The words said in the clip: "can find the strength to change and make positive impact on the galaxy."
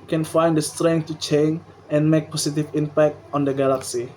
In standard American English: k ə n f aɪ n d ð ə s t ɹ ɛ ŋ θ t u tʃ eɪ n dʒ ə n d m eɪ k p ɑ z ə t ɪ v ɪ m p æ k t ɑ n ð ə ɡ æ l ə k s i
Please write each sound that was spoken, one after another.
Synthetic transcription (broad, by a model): k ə n f aɪ n d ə s t ɹ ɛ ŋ t u tʃ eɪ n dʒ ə n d m eɪ k p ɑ s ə t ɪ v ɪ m p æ k t ɑ n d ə ɡ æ l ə k s i